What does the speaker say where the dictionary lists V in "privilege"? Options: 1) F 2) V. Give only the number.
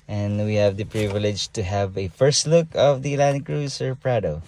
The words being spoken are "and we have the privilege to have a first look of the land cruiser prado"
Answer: 2